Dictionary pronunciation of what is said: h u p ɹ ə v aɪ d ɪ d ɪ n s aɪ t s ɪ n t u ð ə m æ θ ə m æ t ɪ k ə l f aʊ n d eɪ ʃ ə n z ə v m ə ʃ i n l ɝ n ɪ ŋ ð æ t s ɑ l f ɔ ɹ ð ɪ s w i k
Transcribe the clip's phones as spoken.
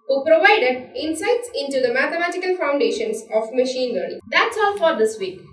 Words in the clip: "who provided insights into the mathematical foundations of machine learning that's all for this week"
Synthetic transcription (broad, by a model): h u p ɹ ə v aɪ d ɪ d ɪ n s aɪ t s ɪ n t u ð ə m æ t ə m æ t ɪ k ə l f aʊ n d eɪ ʃ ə n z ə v m ə ʃ i n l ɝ ɪ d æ t s ɑ l f ɔ ɹ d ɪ s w i k